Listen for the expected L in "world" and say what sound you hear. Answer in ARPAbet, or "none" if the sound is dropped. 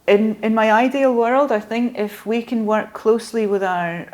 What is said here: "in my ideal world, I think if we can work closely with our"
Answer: L